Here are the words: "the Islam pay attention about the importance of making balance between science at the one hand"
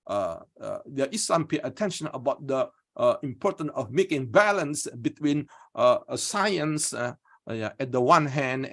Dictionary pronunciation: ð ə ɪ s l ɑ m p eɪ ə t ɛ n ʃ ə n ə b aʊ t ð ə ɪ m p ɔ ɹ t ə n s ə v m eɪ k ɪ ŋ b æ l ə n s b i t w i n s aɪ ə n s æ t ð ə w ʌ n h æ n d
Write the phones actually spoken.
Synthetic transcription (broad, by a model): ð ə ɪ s ɑ m p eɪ ə t ɛ n ʃ ə n ə b aʊ t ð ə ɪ m p ɔ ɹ t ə n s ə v m eɪ k ɪ ŋ b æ l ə n s b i t w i n s aɪ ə n s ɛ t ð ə w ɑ n h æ n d